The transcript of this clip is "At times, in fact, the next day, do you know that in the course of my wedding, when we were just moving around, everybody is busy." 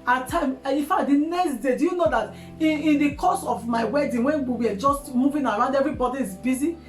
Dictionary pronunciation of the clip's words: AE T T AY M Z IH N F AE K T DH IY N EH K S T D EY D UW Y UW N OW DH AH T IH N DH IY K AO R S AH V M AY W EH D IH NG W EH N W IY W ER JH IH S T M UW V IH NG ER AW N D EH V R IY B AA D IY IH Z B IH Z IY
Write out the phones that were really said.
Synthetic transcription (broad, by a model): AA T T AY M IH F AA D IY N EH K S T D EY D UW Y UW N OW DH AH T IH N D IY K AO S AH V M AY W EH D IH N W EH N W IY W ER JH IH S T M UW V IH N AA AW N D EH V R IY B AA D IY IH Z B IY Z IY